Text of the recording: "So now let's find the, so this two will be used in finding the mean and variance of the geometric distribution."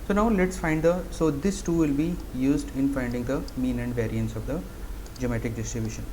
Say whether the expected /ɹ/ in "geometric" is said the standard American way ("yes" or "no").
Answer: no